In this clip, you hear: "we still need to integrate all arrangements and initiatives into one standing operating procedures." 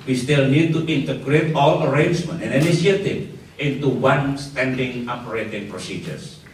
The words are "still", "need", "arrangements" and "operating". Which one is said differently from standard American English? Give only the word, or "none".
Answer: arrangements